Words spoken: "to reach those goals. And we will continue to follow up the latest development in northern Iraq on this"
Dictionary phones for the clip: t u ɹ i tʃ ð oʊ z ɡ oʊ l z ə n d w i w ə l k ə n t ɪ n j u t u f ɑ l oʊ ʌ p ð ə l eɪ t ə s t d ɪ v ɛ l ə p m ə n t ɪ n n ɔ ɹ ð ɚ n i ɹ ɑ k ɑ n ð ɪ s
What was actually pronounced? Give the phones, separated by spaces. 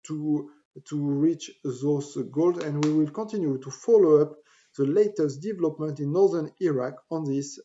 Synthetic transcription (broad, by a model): t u ɹ i tʃ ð oʊ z ɡ oʊ l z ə n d w i w ə l k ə n t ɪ n j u t u f ɑ l oʊ ʌ p ð ə l eɪ t ə s t d ɪ v ɛ l ə p m ə n t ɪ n n ɔ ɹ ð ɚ n i ɹ ɑ k ɑ n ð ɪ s